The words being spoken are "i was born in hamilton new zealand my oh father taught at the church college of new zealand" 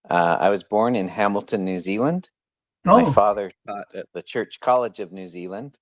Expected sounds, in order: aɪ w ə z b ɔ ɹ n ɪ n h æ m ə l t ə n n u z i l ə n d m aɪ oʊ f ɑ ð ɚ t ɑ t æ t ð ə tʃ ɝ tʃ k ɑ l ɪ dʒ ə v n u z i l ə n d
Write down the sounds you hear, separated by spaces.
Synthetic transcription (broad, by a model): aɪ w ə z b ɔ ɹ n ɪ n h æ m l t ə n n u z i l ə n d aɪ f ɑ ð ɚ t ɑ t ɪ t ð ə tʃ ɝ tʃ k ɑ l ɪ dʒ ə v n u z i l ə n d